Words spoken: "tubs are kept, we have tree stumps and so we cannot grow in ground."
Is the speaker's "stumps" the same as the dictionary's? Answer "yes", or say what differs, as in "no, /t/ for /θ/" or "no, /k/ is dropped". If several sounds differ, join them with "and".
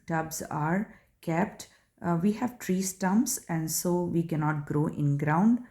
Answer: no, /p/ is dropped